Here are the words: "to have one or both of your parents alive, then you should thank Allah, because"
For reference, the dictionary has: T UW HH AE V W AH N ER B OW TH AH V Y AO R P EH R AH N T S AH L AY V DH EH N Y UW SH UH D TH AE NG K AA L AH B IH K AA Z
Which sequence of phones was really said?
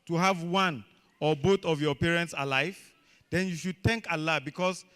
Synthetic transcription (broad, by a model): T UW HH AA V W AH N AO B OW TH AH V Y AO P EH R AH N T S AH L AY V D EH N Y UW SH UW D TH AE NG K AA L AH B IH K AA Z